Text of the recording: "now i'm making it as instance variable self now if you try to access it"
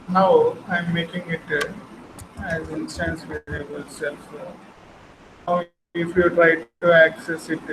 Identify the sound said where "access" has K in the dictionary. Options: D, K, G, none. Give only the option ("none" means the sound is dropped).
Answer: K